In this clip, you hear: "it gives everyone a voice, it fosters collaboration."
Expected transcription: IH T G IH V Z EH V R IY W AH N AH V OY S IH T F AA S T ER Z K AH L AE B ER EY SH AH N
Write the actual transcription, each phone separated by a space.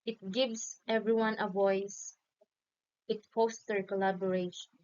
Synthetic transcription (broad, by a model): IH T G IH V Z EH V R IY W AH N AH V OY S IH T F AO S T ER K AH L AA B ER EY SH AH N